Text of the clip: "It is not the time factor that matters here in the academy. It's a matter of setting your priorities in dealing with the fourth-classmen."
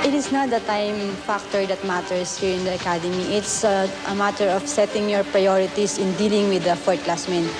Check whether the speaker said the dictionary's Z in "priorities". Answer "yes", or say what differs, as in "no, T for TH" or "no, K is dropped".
no, S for Z